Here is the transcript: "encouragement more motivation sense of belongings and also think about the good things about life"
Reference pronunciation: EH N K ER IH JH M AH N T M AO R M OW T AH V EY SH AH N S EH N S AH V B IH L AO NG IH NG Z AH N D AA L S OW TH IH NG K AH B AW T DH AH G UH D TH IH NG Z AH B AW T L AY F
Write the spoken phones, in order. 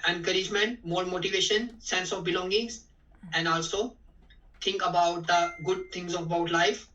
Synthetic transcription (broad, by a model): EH N K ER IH JH M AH N T M AO R M OW T AH V EY SH AH N S EH N S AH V B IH L AO NG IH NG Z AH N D AA L S OW T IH NG K AH B AW T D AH G UH D T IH NG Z AH B AW T L AY F